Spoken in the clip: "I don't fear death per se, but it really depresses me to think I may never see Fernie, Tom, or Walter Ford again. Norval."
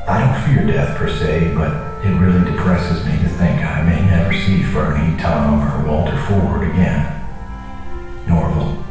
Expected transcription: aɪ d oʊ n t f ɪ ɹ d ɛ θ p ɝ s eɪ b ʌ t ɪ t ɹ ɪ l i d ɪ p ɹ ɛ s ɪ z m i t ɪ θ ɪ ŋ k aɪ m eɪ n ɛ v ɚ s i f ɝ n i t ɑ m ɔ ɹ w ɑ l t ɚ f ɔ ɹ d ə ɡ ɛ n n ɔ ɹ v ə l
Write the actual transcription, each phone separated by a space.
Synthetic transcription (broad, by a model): aɪ d oʊ n t f ɪ ɹ d ɛ θ p ɝ s eɪ b ʌ t ɪ t ɹ ɪ l i d ɪ p ɹ ɛ s ɪ z m i t ɪ θ ɪ ŋ k aɪ m eɪ n ɛ v ɚ s i f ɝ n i t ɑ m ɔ ɹ w ɑ l t ɚ f ɔ ɹ d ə ɡ ɛ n n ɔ ɹ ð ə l